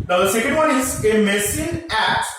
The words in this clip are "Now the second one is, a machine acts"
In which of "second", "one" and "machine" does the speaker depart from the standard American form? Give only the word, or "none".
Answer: machine